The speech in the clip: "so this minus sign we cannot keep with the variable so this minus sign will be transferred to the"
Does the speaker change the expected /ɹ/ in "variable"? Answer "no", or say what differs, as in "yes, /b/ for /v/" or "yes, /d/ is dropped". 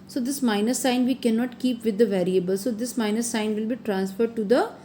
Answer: no